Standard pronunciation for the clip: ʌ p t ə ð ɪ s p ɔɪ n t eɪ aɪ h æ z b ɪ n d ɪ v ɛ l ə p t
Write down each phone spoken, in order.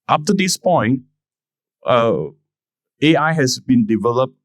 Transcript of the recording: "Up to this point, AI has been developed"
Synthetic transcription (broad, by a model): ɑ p t ə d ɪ s p ɔɪ n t eɪ aɪ h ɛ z b ɪ n d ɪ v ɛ l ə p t